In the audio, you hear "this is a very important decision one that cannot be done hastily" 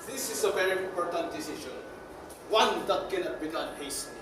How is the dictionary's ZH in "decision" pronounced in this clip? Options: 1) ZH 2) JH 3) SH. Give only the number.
3